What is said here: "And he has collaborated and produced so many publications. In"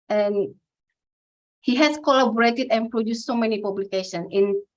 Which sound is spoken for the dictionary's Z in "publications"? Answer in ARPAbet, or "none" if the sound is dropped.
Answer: none